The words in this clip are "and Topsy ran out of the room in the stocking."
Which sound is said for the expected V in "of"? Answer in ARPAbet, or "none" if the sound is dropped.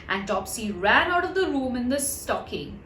V